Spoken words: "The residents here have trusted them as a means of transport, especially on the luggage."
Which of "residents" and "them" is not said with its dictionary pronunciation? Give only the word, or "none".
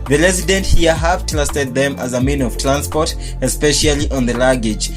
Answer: residents